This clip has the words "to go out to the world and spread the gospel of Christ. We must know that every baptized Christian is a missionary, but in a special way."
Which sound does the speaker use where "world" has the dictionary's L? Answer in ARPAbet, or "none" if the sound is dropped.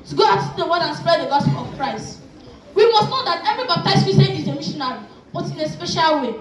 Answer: none